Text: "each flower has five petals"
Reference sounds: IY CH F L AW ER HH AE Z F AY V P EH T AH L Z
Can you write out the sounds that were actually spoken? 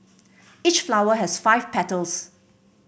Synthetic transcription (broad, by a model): IY CH F L AW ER HH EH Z F AY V P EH T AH L S